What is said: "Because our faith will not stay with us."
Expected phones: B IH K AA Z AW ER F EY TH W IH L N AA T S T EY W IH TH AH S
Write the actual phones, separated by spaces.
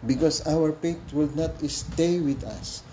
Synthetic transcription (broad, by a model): B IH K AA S AW ER P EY T W IH L N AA T S T EY W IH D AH S